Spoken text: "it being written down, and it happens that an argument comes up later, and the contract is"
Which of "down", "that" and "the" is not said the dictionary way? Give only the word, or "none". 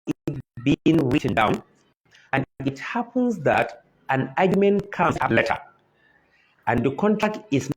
none